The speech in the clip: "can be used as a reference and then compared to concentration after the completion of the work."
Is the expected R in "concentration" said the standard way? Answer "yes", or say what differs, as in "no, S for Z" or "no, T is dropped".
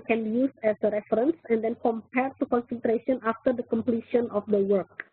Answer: yes